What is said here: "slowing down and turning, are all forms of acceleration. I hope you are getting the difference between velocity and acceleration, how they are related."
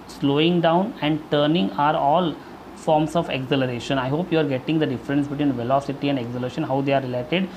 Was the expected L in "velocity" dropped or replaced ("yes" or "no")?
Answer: no